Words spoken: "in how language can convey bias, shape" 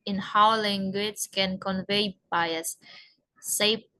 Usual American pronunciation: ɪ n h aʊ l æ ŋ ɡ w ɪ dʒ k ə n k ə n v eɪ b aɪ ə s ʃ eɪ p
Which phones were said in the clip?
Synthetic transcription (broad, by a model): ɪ n h aʊ l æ ŋ ɡ w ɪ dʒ k ə n k ə n v eɪ b aɪ ə s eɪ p